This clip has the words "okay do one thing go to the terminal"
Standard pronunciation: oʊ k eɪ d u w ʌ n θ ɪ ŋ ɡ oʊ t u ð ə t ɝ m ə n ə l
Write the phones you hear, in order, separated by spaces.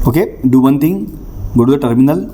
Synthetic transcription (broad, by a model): oʊ k eɪ d u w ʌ n t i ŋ ɡ oʊ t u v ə t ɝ m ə n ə l